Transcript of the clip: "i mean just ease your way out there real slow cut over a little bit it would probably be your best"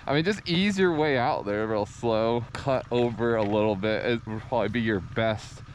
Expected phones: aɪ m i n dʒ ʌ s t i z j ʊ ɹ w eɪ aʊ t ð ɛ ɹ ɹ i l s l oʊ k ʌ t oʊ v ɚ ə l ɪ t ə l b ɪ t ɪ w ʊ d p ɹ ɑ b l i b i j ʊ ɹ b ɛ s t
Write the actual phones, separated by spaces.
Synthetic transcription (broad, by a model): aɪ m i n dʒ ʌ s t i z j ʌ ɹ w eɪ aʊ t ð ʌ ɹ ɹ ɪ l s l oʊ k ʌ t oʊ v ɚ ə l ɪ t l b ɪ t ɪ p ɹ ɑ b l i b i j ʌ ɹ b ɛ s t